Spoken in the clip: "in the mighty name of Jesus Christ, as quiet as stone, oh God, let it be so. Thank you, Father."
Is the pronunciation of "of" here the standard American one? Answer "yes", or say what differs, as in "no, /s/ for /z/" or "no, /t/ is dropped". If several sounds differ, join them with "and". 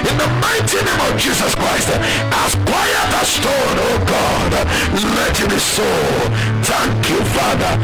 yes